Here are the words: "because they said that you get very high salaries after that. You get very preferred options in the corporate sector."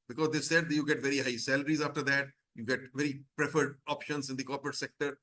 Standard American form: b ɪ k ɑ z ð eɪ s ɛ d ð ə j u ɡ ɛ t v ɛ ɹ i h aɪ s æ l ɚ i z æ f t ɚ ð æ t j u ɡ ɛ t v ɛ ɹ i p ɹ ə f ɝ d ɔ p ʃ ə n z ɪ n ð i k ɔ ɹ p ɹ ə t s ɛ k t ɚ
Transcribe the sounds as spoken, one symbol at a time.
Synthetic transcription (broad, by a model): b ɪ k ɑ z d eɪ s ɛ d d j u ɡ ɛ t v ɛ ɹ i h aɪ s æ l ɚ i z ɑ f t ɚ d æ t j u ɡ ɛ t v ɛ ɹ i p ɹ ə f ɝ d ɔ p ʃ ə n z ɪ n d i k ɔ ɹ p ɹ ə t s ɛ k t ɚ